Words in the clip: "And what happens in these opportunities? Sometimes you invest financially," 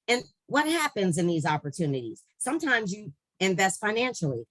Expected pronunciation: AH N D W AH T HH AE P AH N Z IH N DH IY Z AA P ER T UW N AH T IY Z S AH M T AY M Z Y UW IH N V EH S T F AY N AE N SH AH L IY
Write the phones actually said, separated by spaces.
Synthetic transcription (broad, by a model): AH N W AH T HH AE P AH N Z IH N DH IY Z AA P ER T UW N AH T IY Z S AH M T AY M Z Y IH IH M V EH S T F AY N AE N SH L IY